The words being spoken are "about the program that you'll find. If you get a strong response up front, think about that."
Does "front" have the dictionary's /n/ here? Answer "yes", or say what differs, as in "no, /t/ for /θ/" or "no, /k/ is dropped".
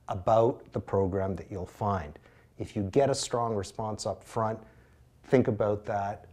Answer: yes